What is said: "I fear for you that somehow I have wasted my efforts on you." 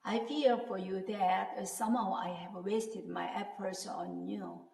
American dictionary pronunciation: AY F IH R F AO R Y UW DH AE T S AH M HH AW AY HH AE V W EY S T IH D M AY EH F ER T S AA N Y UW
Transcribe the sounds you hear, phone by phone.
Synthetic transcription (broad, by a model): AY F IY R F AO R Y UW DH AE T S AH M HH AW AY HH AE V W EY S T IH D M AY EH P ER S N AA N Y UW